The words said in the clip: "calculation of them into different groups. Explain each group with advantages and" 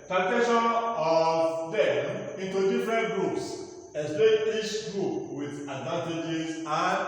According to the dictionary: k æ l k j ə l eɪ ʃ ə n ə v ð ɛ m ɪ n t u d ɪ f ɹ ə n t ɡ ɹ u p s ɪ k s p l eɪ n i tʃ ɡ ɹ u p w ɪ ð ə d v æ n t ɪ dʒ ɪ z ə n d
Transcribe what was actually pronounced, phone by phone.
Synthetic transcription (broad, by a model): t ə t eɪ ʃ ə n ə v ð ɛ m ɪ n t u d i f ɹ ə n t ɡ ɹ u p s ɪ s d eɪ i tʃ ɡ ɹ u p w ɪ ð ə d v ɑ n t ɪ dʒ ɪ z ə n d